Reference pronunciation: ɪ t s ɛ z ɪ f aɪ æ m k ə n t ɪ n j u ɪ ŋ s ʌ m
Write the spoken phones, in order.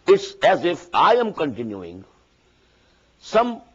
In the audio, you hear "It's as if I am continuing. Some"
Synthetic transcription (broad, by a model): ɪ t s ɛ z ɪ f aɪ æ m k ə n t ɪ n j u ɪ ŋ s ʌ m